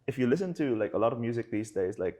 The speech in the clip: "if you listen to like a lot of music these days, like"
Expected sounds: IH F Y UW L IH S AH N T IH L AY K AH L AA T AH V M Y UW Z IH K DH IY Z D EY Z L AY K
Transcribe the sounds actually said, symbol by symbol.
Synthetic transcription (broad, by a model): IH F Y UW L IH S AH N T IH L AY K AH L AA T AH V M Y UW Z IH K DH IY Z D EY Z L AY K